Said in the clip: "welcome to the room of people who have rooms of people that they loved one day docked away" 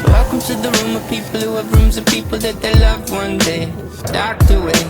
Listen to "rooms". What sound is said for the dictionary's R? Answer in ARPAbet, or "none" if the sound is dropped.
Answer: R